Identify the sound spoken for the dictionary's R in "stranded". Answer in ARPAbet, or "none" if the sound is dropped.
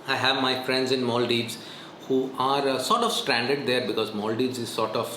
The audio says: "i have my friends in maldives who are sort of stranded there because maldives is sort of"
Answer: R